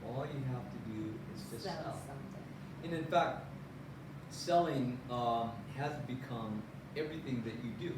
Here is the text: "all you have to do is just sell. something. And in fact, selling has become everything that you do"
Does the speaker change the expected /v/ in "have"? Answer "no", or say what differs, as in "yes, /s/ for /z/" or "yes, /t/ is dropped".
yes, /f/ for /v/